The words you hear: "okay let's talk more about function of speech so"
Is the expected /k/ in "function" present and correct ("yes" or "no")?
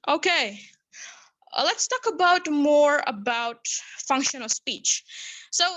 yes